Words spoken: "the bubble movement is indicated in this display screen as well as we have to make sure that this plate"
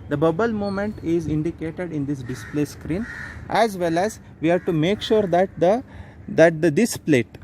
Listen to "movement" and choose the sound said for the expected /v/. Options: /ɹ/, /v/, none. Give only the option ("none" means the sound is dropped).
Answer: none